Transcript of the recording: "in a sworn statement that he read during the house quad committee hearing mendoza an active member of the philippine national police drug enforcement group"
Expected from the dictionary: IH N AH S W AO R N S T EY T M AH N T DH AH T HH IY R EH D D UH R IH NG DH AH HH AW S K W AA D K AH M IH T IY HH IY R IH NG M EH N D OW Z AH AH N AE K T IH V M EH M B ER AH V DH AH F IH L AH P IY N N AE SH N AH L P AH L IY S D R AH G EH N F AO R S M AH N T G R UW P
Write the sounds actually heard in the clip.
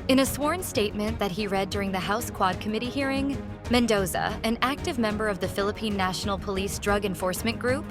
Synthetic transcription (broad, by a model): IH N AH S W AO R N S T EY T M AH N DH AH T HH IY R EH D D UH R IH NG DH AH HH AW S K W AA D K AH M IH T IY HH IY R IH NG M EH N D OW Z AH AH N AE K T IH V M EH M B ER AH V DH AH F IH L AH P IY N N AE SH N L P AH L IY S D R AH G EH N F AO R S M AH N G R UW P